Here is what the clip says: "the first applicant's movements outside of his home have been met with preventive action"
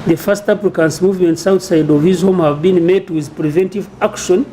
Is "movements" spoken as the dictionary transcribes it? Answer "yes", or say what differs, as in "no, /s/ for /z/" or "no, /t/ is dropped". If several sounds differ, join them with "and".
yes